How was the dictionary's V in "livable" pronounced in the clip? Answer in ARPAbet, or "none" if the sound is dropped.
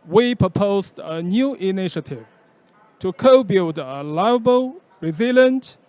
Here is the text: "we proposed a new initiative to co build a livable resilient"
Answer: none